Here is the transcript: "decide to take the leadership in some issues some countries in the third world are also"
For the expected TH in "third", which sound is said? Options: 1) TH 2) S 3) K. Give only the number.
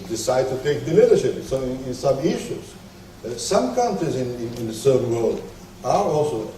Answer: 2